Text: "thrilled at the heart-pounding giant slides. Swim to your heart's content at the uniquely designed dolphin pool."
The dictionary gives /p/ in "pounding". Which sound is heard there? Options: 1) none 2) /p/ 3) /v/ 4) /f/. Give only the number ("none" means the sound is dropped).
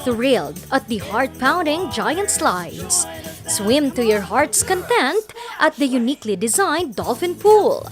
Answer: 2